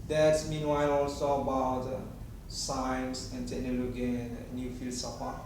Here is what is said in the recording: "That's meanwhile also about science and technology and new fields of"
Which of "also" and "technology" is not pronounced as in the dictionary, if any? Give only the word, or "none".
technology